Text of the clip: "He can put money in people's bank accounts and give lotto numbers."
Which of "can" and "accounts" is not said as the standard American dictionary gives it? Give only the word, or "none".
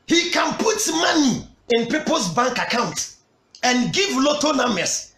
accounts